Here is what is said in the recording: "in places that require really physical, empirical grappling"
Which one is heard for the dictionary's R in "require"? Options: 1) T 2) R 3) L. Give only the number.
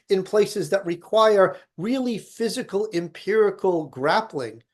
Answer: 2